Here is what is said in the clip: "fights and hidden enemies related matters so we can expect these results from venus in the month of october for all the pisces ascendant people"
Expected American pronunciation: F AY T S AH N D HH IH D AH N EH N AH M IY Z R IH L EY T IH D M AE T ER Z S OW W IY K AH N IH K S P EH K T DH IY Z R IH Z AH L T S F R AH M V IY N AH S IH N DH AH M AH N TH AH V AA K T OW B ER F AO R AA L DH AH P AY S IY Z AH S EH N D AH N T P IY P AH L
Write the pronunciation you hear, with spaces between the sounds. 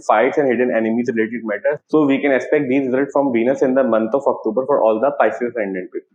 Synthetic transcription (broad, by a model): F AY T S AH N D HH IH D AH N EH N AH M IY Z R IH L EY T IH D M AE T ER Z S OW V IY K AH N IH K S P EH K T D IY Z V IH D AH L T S F R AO M V IY N AH S IH N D AH M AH N T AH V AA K T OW B ER F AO R AA L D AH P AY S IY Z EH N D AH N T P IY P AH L